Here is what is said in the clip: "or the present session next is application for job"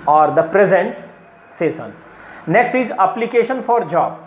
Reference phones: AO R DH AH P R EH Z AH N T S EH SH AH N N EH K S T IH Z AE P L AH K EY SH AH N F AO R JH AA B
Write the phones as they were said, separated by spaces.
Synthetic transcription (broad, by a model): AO R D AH P R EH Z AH N T S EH S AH N N EH K S T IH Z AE P L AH K EY SH AH N F AO R JH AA B